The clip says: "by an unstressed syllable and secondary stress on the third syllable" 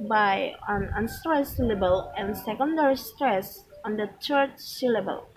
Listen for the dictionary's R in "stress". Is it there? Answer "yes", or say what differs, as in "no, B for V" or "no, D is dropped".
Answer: yes